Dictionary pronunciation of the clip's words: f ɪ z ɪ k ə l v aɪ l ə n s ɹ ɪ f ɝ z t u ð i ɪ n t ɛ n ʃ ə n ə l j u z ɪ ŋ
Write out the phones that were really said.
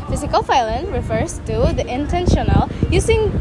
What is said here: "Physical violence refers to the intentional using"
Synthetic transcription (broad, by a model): f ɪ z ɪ k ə l f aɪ l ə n ɹ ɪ f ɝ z t u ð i ɪ n t ɛ n ʃ ə n ə l j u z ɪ ŋ